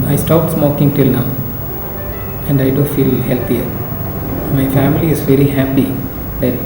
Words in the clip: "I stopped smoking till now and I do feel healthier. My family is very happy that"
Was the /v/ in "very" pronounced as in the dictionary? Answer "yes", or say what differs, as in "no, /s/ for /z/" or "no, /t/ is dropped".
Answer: yes